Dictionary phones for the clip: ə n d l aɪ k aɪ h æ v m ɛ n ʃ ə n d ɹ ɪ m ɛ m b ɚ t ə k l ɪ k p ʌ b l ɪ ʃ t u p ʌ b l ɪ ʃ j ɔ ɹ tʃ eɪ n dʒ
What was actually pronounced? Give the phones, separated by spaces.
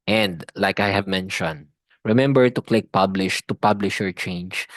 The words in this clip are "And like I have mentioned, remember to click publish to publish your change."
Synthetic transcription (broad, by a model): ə n d l aɪ k aɪ h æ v m ɛ n ʃ ə n d ɹ ɪ m ɛ m b ɚ t ə k l ɪ k p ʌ b l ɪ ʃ t u p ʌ b l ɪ ʃ j ɔ ɹ tʃ eɪ n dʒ